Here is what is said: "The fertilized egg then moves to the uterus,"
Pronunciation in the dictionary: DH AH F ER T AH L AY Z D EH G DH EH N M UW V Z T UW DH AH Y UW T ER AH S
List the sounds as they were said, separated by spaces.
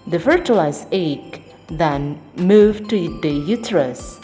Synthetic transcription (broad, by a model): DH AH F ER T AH L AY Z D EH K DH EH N M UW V T UW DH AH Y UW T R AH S